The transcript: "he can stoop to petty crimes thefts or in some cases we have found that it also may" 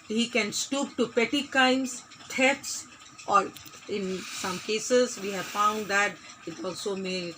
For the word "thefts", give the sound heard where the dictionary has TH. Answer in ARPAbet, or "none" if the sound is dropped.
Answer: T